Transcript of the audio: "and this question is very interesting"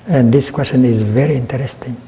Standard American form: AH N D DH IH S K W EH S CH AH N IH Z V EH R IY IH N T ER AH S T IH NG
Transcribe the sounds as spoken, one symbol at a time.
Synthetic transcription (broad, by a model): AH N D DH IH S K W EH S CH AH N IH Z V EH R IY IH N T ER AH S T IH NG